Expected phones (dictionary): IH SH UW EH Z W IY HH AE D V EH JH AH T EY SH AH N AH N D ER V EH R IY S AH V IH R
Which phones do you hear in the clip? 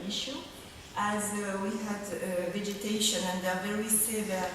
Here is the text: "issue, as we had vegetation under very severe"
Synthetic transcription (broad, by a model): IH SH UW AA Z W IY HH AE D V EH JH AH T EY SH AH N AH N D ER V EH R IY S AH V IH